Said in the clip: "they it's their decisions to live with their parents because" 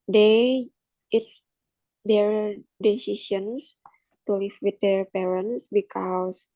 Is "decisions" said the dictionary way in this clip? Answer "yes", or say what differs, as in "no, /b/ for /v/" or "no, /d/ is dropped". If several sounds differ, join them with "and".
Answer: no, /s/ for /ʒ/ and /s/ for /z/